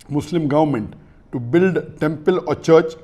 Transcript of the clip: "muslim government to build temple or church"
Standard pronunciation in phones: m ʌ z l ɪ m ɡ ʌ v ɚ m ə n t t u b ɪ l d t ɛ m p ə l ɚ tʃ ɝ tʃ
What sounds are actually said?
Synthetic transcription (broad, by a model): m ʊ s l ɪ m ɡ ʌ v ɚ m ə n t t u b ɪ l d t ɛ m p ə l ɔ tʃ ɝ tʃ